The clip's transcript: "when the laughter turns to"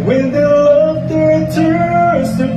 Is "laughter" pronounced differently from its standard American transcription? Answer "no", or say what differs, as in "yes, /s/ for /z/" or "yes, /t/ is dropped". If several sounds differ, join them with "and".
yes, /f/ is dropped